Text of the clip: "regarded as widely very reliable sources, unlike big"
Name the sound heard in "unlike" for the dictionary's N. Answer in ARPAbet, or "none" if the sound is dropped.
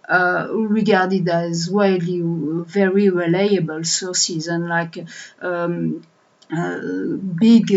N